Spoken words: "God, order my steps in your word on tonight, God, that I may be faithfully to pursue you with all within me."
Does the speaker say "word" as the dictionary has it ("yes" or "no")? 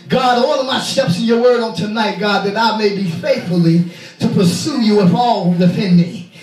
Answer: yes